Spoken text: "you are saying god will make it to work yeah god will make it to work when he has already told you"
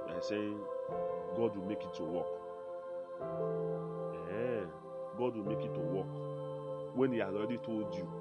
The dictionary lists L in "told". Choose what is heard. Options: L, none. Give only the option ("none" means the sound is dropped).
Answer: none